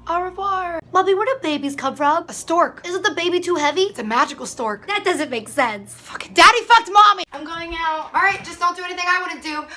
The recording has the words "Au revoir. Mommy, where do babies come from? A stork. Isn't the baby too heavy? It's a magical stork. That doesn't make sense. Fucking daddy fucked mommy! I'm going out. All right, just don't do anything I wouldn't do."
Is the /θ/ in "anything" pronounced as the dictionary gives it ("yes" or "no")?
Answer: yes